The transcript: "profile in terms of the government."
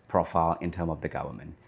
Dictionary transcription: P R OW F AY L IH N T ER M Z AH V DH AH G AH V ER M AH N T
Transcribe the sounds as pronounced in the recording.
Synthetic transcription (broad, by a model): P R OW F AY L IH N T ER M AH V DH AH G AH V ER M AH N T